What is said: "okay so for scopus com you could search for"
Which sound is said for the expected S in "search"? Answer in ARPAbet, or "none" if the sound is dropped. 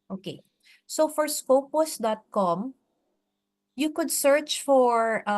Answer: S